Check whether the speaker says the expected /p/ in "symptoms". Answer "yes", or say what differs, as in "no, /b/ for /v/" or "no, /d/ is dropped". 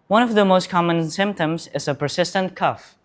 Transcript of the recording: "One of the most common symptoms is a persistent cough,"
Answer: yes